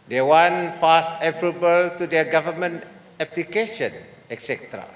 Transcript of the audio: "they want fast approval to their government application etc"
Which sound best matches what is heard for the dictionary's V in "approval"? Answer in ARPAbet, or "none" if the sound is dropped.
B